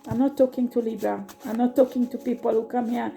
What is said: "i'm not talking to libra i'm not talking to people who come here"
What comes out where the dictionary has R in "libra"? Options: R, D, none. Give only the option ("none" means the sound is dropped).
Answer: none